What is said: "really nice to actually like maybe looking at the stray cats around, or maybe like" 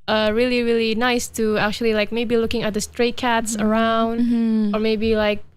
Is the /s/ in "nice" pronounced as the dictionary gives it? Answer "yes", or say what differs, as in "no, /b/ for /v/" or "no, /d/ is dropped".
yes